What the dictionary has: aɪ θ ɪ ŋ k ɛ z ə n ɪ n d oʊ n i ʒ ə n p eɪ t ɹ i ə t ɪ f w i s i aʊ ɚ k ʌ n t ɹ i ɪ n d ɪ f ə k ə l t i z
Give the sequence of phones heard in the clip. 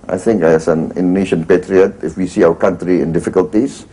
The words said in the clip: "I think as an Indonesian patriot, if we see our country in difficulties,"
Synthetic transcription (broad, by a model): aɪ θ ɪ ŋ k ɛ s ə n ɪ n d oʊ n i ʃ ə n p eɪ t ɹ i ə t ɪ f w i s i aʊ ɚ k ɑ n t ɹ i ɪ n d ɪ f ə k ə l t i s